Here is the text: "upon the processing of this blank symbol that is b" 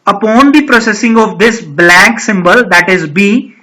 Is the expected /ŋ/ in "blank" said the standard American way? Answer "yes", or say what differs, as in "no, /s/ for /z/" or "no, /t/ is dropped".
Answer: no, /ŋ/ is dropped